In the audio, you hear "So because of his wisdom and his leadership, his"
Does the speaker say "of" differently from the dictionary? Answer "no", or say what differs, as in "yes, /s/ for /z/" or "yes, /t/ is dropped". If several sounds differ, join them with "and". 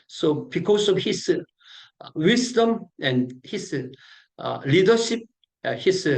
yes, /f/ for /v/